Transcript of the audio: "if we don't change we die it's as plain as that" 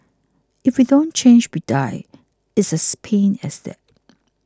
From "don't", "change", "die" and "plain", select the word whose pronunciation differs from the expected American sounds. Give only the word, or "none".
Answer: plain